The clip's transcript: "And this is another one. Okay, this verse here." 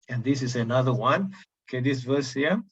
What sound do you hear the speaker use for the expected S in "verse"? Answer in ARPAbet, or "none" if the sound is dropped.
S